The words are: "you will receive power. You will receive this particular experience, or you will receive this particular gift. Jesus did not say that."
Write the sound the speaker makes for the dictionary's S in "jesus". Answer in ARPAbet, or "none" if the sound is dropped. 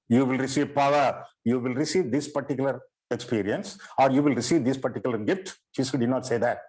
none